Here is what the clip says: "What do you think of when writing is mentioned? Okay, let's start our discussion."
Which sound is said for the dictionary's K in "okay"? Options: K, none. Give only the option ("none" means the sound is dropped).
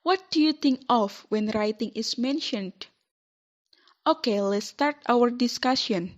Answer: K